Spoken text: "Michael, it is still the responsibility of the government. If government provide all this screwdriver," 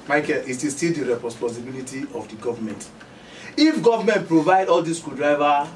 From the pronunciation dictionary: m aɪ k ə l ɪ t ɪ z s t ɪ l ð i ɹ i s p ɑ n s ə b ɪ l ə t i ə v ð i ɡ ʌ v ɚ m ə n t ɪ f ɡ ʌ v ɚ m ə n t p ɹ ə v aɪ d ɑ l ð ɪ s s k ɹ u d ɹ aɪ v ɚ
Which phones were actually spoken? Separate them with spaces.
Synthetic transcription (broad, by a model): m aɪ k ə l ɪ t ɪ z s t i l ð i ɹ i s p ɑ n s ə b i l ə t i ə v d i ɡ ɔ v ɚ m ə n t ɪ f ɡ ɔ v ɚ m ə n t p ɹ ə v aɪ d ɑ l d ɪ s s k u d ɹ aɪ v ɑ